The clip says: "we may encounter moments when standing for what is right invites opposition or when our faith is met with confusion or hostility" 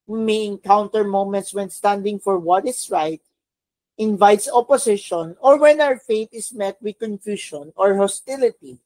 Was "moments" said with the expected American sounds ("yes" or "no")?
yes